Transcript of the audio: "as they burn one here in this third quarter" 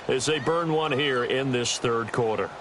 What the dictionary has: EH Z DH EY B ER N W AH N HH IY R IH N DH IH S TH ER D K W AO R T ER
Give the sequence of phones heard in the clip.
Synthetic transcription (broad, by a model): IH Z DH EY B ER N W AH N HH IY R IH N DH IH S TH ER D K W AO R T ER